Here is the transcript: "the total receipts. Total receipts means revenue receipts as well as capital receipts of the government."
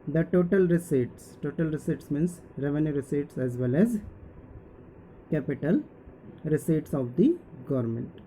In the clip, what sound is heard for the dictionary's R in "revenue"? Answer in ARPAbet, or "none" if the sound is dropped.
R